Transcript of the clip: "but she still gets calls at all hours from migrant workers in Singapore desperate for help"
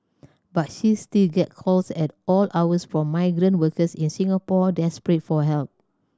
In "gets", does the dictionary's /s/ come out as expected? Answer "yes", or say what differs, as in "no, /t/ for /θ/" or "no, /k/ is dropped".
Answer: no, /s/ is dropped